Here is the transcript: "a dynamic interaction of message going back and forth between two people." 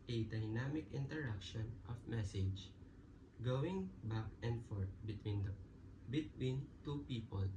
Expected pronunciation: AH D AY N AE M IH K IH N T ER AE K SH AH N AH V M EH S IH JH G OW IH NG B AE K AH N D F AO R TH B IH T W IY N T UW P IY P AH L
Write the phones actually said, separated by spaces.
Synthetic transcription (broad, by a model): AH D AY N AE M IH K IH N T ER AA K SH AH N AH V M EH S IH JH G OW IH NG B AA K AH N D F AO R T B IH T W IY N T UW P IY P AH L